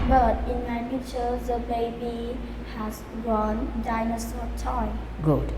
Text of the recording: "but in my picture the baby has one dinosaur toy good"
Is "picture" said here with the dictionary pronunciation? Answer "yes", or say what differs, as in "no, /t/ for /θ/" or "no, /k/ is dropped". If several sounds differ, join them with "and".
no, /k/ is dropped